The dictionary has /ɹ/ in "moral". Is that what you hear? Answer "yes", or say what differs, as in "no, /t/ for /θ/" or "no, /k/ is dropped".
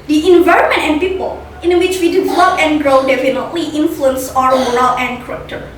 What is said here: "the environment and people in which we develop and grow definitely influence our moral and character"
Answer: no, /ɹ/ is dropped